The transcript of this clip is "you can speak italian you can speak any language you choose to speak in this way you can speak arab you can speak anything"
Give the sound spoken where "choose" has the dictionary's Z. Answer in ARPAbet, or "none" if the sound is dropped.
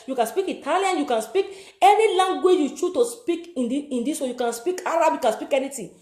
none